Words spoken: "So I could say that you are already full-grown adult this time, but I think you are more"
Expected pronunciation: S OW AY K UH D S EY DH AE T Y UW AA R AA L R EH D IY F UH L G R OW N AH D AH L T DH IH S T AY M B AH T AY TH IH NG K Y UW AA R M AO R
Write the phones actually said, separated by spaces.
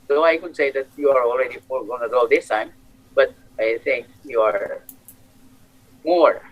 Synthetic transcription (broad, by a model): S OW AY K UH D S EY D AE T Y UW AA R AA L R EH D IY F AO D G OW AH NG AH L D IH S T AY M B AH T AY T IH NG K Y UW AA R M AO R